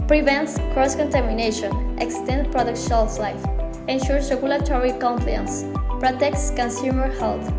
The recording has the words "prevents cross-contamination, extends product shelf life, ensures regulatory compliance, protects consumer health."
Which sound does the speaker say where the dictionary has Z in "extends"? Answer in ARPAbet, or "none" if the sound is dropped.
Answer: none